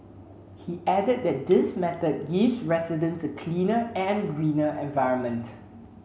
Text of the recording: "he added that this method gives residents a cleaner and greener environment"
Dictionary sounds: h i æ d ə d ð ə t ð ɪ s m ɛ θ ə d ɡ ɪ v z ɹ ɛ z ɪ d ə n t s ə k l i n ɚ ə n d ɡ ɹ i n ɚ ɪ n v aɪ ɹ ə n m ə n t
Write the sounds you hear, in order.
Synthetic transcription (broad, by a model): h i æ d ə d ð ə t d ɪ s m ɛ t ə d ɡ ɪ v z ɹ ɛ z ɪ d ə n s ə k l i n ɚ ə n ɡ ɹ i n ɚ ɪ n v aɪ ɹ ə n m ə n t